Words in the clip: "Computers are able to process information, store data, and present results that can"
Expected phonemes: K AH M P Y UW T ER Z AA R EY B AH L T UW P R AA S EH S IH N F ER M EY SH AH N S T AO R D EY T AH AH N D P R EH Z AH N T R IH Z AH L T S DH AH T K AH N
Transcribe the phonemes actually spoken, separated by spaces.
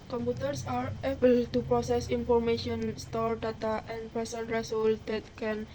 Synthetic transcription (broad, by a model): K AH M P UW T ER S AA R EY B AH L T UW P R AA S EH S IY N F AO M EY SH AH N S T AO R D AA T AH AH N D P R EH S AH N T R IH S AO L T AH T K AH N